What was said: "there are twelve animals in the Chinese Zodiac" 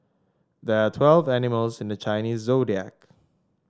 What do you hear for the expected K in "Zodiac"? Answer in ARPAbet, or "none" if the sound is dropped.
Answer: K